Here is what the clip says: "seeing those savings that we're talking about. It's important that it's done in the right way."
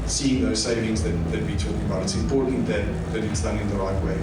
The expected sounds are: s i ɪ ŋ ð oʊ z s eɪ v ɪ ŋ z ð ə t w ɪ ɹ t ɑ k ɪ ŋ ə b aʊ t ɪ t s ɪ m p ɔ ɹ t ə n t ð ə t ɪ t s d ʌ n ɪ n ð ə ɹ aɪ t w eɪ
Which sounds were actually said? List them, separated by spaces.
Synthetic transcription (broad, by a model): s i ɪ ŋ ð oʊ z s eɪ v ɪ ŋ z ð ə t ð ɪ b t ɑ k ɪ ŋ ə b aʊ t ɪ t s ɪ m p ɔ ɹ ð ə t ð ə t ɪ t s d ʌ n ɪ n ð ə ɹ aɪ t w eɪ